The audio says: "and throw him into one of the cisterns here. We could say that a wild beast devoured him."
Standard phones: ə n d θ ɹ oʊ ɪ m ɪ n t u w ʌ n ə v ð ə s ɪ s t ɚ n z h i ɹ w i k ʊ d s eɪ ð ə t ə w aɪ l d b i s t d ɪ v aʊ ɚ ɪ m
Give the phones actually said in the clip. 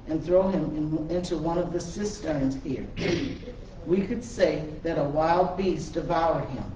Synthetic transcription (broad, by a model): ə n θ ɹ oʊ ɪ m ɪ n t u w ʌ n ə v ð ə s ɪ s t ɚ n z h i ɹ w i k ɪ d s eɪ ð ə t ə w aɪ l d b i s d ɪ v aʊ ɚ ɪ m